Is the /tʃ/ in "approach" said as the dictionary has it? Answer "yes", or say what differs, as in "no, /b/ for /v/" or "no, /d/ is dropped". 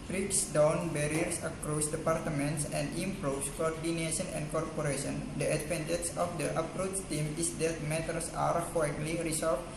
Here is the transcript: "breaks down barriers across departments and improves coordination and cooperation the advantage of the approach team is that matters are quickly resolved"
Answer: no, /s/ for /tʃ/